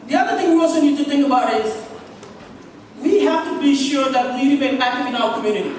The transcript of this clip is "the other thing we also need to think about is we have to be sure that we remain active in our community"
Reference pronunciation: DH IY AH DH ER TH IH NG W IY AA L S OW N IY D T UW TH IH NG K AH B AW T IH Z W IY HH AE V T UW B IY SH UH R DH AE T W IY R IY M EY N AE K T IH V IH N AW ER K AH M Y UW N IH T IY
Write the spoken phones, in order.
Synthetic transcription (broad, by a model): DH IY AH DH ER T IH NG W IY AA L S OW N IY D T UW T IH NG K AH B AW T IH Z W IY HH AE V T UW B IY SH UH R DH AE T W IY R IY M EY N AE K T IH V IH N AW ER K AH M Y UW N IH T IY